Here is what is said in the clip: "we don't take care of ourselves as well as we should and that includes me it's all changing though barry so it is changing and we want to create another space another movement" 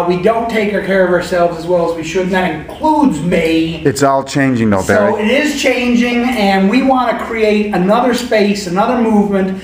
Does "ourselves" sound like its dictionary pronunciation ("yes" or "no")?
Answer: yes